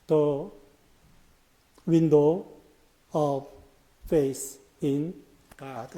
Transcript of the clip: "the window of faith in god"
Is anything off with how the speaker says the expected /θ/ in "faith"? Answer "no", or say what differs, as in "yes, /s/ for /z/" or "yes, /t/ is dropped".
yes, /s/ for /θ/